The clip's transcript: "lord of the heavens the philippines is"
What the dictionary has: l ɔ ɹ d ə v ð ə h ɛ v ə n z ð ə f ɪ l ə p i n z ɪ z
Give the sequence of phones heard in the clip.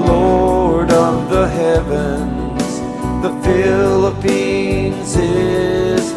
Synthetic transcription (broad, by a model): l ɔ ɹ d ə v ð ə h ɛ v ə n z ð ə f ɪ l ə p i n z ɪ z